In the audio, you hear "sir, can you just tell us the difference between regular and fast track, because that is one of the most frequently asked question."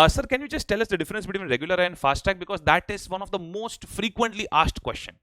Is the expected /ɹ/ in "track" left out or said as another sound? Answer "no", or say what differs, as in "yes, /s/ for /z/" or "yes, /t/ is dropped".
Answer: yes, /ɹ/ is dropped